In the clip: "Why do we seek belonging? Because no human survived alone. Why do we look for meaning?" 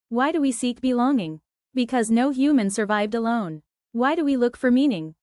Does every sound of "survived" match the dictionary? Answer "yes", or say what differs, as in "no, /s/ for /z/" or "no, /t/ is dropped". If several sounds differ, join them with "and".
yes